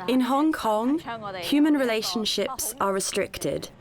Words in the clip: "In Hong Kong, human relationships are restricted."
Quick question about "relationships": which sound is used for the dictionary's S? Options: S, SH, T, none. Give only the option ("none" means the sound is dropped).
S